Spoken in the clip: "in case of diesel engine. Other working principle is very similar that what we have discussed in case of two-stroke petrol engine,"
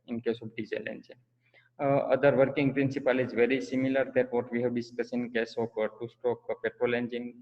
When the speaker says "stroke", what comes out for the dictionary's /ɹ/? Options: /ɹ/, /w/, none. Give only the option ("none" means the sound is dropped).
none